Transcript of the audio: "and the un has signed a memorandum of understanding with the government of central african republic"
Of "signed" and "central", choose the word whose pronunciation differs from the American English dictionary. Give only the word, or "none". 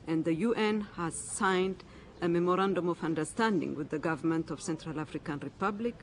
none